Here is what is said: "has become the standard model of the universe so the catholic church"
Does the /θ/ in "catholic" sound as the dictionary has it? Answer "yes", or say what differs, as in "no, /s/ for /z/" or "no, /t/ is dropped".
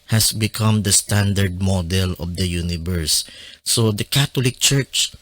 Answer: no, /t/ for /θ/